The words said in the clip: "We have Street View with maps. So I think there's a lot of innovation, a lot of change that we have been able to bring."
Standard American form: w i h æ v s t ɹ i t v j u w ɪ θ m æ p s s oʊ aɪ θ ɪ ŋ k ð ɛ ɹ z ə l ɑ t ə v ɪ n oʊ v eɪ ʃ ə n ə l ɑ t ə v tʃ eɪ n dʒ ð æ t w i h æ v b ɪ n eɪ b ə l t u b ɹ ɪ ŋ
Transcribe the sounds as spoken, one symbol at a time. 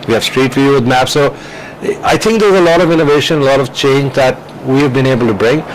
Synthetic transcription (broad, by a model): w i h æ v s t ɹ i t f j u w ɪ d m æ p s s oʊ aɪ t ɪ ŋ k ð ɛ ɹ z ə l ɑ t ə v ɪ n oʊ v eɪ ʃ ə n ə l ɑ t ə v tʃ eɪ n dʒ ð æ t w i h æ v b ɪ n eɪ b ə l t u b ɹ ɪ ŋ